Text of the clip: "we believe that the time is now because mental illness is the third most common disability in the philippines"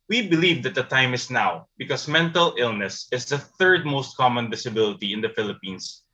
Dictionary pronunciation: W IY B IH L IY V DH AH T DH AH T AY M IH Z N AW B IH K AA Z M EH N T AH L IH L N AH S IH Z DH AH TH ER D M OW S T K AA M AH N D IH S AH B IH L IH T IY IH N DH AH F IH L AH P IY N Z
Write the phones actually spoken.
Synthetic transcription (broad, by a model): W IY B IH L IY V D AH T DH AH T AY M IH S N AW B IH K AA S M EH N T AH L IH L N AH S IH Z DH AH TH ER D M OW S T K AA M AH N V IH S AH B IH L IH T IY IH N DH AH F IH L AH P IY N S